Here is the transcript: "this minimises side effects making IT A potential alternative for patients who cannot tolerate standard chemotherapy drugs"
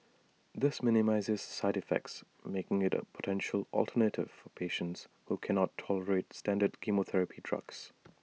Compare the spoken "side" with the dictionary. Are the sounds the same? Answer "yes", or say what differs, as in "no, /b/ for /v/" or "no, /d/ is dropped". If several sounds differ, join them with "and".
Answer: yes